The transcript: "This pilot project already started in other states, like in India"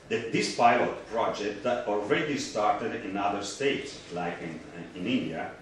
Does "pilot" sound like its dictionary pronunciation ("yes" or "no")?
yes